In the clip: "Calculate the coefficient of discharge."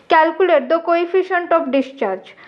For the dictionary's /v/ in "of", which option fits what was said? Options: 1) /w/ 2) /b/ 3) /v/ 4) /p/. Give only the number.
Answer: 4